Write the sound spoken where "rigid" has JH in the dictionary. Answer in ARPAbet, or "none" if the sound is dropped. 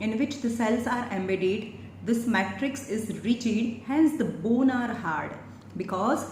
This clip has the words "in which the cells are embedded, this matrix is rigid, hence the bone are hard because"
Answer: CH